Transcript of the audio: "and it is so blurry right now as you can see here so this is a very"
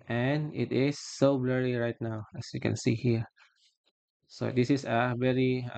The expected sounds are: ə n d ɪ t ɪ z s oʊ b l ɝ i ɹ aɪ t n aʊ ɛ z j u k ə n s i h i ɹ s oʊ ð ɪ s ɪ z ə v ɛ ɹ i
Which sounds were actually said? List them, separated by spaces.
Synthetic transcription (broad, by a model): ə n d ɪ t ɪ s oʊ b l ɝ i ɹ aɪ t n aʊ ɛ s j u k ə n s i h i ɹ s oʊ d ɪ s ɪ s ə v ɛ ɹ i